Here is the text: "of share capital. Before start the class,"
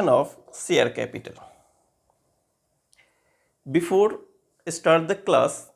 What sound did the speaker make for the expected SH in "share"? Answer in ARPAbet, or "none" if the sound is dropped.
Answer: S